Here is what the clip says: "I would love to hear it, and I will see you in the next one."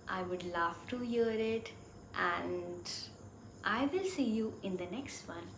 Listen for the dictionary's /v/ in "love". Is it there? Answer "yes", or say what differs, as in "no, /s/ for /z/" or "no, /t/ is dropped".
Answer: no, /f/ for /v/